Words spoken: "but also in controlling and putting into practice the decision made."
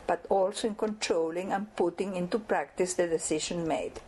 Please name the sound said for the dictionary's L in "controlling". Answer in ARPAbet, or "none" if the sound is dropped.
L